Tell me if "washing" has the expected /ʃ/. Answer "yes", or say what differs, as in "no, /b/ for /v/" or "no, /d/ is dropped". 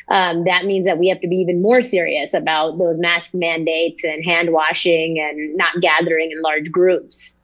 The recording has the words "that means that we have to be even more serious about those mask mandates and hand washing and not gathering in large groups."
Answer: yes